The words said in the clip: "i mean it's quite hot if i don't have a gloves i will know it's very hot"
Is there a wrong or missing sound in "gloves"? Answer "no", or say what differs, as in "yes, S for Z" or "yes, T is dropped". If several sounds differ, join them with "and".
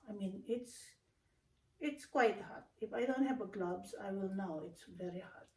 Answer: yes, B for V